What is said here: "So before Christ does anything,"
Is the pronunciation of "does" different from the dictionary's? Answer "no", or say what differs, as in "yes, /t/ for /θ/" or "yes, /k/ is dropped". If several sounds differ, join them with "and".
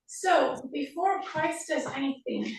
no